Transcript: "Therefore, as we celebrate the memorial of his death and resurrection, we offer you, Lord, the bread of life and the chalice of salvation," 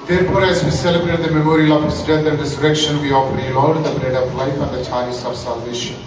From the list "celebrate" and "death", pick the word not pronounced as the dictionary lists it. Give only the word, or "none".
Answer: death